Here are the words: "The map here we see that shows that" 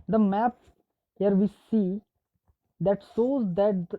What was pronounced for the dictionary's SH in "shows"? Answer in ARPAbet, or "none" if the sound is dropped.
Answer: S